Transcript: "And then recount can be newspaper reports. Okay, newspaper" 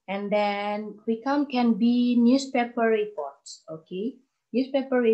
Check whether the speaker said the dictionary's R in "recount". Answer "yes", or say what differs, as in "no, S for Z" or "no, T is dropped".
no, W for R